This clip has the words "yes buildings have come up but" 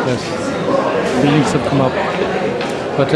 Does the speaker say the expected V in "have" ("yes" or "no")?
no